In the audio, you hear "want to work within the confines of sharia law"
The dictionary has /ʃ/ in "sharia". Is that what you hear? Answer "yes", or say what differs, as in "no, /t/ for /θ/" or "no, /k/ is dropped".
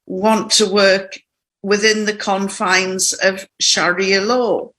yes